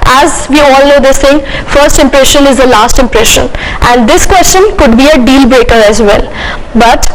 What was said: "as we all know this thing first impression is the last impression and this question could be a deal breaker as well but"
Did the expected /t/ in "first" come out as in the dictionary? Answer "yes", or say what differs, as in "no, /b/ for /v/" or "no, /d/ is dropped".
yes